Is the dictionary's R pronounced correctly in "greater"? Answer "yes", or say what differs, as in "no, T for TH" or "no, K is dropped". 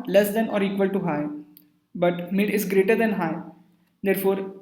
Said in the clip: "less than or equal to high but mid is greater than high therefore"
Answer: yes